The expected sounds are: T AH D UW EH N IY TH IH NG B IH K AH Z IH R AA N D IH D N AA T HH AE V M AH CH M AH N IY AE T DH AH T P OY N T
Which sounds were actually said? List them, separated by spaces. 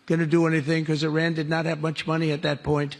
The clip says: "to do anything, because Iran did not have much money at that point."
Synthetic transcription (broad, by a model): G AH D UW EH N IY TH IH NG K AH Z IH R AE N D IH D N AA T HH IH V M AH CH M AH N IY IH T DH AH T P OY N T